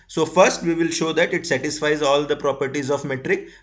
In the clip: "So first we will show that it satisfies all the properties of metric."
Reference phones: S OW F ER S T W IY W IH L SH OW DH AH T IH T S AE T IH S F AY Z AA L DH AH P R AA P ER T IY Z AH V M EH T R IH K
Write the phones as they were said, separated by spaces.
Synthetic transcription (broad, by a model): S OW F ER S T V IY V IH L SH OW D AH T IH T S AE T IH S F AY Z AA L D AH P R AA P ER T IY Z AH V M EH T R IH K